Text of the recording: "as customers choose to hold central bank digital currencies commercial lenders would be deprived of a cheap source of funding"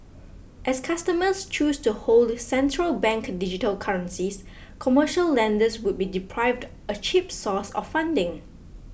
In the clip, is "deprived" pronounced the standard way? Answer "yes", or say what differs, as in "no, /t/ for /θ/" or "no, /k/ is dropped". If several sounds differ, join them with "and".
yes